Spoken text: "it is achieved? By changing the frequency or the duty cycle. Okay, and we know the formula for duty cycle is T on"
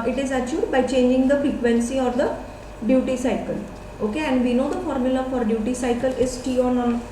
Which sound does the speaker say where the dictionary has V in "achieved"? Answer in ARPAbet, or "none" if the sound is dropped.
none